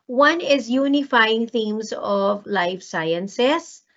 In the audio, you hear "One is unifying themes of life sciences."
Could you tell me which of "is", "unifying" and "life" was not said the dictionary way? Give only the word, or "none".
none